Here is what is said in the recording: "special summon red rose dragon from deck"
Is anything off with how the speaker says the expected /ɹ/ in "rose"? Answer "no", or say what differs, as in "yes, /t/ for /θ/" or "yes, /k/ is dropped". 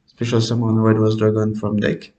yes, /w/ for /ɹ/